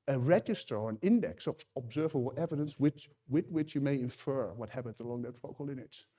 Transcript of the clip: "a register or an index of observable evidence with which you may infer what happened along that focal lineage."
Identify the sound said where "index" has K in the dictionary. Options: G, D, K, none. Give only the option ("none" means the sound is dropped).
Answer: K